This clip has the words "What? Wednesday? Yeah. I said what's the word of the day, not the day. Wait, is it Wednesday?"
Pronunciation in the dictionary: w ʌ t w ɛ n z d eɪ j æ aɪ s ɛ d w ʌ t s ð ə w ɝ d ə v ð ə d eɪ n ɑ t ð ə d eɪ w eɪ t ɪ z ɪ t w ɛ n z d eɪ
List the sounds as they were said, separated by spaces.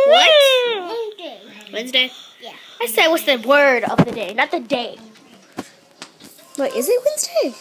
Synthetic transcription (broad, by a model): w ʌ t w ɛ n z d eɪ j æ aɪ s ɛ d w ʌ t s ð ə w ɝ d ə v ð ə d eɪ n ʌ t ð ə d eɪ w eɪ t ɪ z ɪ t w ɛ n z d eɪ